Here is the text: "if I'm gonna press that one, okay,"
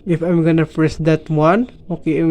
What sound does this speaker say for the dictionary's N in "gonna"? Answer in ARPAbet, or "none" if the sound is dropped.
N